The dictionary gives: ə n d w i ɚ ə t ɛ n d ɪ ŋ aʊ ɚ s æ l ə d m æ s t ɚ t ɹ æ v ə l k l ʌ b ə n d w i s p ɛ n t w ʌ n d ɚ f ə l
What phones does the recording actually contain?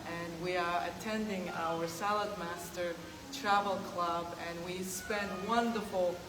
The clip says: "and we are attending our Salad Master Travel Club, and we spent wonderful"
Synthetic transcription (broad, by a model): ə n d w i ɚ ə t ɛ n d ɪ ŋ aʊ ɚ s æ l ə d m æ s t ɚ t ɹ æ v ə l k l ʌ b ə n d w i s p ɛ n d w ʌ n d ɚ f l